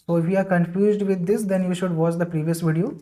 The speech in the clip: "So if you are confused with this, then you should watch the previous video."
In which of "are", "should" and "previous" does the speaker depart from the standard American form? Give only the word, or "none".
none